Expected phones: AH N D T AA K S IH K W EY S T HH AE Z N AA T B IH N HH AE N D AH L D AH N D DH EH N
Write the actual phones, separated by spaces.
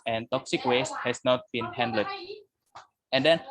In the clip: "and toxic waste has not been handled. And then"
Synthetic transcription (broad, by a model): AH N T AA K S IH K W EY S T HH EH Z N AA T B IH N HH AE N D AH D AH N D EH N